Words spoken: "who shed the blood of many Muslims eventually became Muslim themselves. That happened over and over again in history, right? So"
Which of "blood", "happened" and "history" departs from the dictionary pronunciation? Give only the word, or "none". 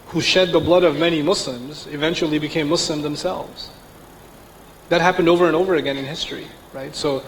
none